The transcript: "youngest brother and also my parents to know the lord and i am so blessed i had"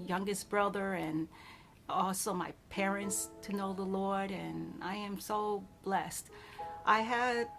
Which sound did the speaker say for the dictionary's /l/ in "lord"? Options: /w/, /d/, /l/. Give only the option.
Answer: /l/